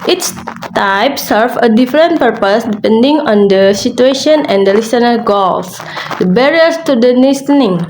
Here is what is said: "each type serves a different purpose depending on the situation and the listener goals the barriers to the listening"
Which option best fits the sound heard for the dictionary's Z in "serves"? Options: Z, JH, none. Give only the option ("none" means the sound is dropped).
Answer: none